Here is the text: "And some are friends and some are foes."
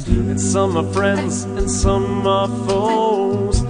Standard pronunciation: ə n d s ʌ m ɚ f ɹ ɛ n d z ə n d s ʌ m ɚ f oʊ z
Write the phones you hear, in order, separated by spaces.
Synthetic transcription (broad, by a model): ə n s ʌ m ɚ f ɹ ɛ n d z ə n s ʌ m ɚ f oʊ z